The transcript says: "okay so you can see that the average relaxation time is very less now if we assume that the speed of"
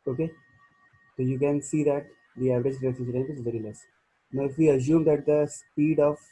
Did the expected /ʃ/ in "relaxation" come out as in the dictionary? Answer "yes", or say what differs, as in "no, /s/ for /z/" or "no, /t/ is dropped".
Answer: no, /ʃ/ is dropped